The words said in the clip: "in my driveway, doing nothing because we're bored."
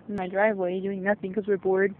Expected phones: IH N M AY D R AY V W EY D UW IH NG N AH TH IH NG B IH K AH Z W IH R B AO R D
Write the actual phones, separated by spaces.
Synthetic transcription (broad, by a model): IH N M AY D R AY V W EY D UW IH NG N AH TH IH NG K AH Z W IH R B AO R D